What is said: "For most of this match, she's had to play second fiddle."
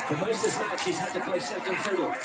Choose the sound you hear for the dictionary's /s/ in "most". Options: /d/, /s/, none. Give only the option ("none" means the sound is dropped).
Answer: none